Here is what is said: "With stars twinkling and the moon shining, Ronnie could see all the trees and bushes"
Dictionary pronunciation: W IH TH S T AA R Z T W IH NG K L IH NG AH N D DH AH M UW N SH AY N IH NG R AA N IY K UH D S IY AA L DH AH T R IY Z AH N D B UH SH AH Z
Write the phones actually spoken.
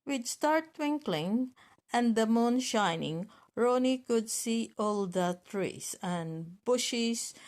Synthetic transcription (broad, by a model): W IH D S T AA R T W IH NG K L IH NG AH N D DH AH M UW N SH AY N IH NG R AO N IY K UH D S IY AA L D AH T R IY S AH N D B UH SH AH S